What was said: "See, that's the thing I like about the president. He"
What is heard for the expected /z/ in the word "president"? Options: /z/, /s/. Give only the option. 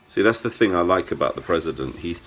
/z/